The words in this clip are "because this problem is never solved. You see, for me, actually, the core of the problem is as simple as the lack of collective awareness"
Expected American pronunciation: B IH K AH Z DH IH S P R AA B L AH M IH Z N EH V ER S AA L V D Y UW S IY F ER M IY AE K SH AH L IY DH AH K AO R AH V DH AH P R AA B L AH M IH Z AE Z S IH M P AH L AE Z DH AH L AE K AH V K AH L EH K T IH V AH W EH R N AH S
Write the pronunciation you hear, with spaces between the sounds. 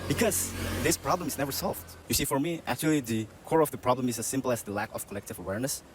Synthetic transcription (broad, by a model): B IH K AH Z DH IH S P R AA B L AH M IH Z N EH V ER S AA L V D Y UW S IY F ER M IY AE K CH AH L IY DH AH K AO R AH V DH AH P R AA B L AH M IH Z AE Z S IH M P L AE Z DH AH L AE K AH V K AH L EH K T IH V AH W EH R N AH S